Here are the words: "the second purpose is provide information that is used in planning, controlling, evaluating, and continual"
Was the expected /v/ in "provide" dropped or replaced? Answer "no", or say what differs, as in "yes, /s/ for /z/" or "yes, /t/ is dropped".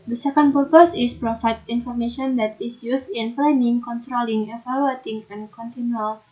yes, /f/ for /v/